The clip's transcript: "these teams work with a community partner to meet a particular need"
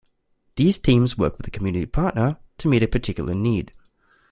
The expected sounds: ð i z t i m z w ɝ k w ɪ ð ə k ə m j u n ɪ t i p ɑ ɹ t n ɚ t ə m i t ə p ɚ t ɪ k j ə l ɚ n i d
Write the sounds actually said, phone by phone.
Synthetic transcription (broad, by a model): ð i z t i m z w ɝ k w ɪ ð ə k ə m j u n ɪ t i p ɑ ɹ t n ɚ t ə m i t ə p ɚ t ɪ k j l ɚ n i d